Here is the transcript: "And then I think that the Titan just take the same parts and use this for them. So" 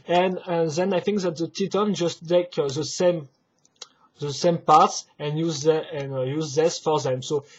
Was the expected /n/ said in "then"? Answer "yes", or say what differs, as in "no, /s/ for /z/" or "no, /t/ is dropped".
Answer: yes